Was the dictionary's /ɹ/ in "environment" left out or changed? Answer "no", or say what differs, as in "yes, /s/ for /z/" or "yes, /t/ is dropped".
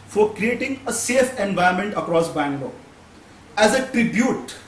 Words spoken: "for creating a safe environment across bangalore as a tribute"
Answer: yes, /ɹ/ is dropped